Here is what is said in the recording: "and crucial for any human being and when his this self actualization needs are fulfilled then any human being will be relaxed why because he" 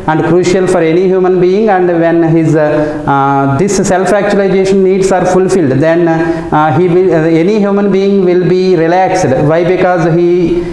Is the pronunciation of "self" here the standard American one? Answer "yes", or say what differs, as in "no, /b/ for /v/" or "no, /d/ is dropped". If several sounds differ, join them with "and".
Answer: yes